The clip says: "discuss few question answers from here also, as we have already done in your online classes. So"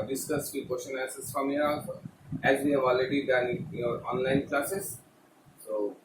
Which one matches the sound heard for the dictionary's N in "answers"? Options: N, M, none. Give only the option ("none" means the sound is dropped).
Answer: none